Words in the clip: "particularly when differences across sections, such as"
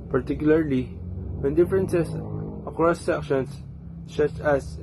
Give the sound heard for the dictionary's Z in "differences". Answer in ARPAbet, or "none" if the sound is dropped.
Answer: S